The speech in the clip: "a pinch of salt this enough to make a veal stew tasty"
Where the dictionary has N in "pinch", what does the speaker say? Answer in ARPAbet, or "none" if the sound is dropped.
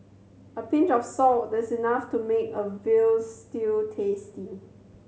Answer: N